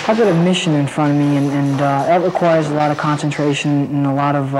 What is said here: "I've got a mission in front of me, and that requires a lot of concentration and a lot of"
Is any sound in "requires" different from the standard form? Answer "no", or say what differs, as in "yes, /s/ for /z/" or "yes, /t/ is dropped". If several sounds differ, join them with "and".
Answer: no